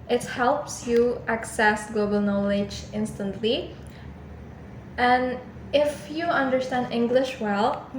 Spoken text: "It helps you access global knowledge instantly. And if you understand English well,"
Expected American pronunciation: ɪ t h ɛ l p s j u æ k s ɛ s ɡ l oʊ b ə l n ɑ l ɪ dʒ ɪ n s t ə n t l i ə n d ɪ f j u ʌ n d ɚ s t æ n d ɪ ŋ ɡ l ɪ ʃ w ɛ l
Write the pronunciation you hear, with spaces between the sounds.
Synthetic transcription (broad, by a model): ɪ t h ɛ l p s j u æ k s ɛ s ɡ l oʊ b ə l n ɑ l ɪ dʒ ɪ n s t ə n t l i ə n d ɪ f j u ʌ n d ɚ s t æ n d ɪ ŋ ɡ l ɪ ʃ w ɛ l